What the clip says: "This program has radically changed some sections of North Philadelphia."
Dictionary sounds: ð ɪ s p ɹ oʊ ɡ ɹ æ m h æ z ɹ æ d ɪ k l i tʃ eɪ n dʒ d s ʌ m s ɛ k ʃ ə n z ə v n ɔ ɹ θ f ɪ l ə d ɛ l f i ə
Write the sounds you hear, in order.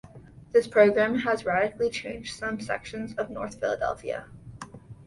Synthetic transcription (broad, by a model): ð ɪ s p ɹ oʊ ɡ ɹ æ m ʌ z ɹ æ d ɪ k l i tʃ eɪ n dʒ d s ʌ m s ɛ k ʃ ə n z ə v n ɔ ɹ θ f ɪ l ə d ɛ l f i ə